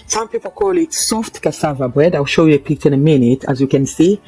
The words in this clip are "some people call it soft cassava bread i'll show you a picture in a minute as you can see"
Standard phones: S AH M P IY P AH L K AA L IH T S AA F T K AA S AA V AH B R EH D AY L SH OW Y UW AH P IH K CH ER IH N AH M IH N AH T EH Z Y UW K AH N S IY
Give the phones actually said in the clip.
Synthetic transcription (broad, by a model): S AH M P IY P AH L K AA L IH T S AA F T K AA S AA V AH B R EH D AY W SH OW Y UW AH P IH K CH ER IH N AH M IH N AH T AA Z Y UW K AH N S IY